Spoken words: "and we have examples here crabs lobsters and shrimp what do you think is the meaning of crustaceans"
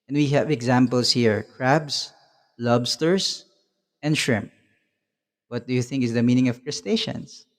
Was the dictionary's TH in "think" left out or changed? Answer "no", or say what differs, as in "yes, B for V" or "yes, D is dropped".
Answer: no